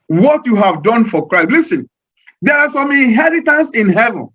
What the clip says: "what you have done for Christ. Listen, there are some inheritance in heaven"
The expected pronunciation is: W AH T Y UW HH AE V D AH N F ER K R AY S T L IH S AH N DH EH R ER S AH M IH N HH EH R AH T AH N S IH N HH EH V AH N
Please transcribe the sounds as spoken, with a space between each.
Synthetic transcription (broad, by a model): W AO T Y UW HH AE V D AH N F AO K R AY S T L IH S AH N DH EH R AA S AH M IH N HH EH R AH T AH N S IH N HH EH V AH N